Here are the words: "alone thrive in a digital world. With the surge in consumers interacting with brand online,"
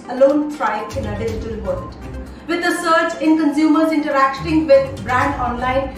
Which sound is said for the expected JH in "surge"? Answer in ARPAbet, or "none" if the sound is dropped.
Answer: CH